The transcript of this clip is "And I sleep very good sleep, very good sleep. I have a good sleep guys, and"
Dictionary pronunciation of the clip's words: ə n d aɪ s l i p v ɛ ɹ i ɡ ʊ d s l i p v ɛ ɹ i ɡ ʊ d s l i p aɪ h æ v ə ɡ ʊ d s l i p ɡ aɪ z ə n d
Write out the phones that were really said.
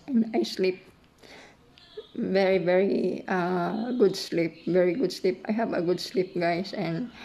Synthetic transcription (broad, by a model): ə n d aɪ s l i p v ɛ ɹ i ɡ ʊ d s l i p v ɛ ɹ i ɡ ʊ d s l i p aɪ h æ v ə ɡ ʊ d s l i p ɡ aɪ s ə n d